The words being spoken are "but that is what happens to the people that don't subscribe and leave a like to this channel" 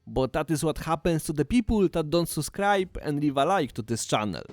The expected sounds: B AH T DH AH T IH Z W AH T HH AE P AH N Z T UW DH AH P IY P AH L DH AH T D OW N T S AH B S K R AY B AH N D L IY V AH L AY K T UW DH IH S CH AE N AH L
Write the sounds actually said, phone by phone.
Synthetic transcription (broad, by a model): B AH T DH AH T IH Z W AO T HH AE P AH N S T UW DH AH P IY P AH L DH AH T D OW N T S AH S K R AY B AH N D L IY V AH L AY K T UW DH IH S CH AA N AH L